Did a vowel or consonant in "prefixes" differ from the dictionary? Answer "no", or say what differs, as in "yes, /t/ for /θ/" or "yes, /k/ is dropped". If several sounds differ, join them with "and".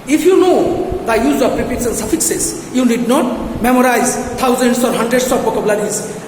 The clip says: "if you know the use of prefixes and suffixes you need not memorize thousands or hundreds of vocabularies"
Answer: yes, /p/ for /f/